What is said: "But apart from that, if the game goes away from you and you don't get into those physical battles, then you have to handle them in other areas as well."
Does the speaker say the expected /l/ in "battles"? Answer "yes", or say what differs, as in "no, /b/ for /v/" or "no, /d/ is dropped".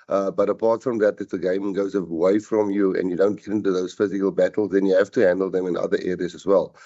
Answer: yes